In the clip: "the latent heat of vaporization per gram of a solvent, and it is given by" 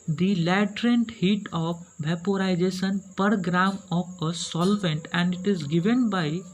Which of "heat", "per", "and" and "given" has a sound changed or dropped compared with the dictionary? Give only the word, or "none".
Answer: none